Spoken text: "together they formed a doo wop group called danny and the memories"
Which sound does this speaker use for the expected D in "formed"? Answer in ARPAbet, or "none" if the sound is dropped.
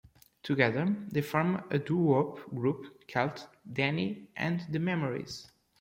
none